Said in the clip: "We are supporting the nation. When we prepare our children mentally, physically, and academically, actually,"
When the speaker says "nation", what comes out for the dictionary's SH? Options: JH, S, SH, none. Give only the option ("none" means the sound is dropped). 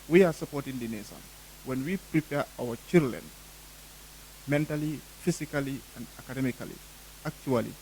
S